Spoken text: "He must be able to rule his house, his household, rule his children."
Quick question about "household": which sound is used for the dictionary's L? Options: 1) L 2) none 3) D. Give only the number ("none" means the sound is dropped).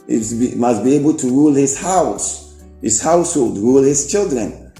1